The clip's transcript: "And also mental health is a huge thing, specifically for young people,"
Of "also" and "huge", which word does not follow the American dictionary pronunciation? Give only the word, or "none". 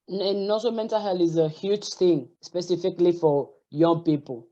also